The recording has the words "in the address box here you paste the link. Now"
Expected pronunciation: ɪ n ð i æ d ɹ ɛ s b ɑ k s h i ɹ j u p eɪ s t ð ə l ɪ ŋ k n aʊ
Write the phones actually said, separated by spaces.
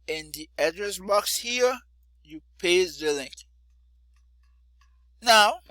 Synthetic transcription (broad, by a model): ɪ n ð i æ d ɹ ɛ s b ɑ k s h i ɹ j u p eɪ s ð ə l ɪ ŋ k n aʊ